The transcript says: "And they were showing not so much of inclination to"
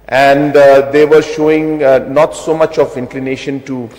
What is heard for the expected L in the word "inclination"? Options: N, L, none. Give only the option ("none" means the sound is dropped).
L